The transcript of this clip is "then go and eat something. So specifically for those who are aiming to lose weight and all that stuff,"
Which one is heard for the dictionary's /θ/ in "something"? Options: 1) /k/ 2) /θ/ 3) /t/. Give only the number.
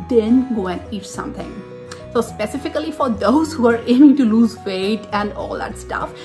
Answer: 3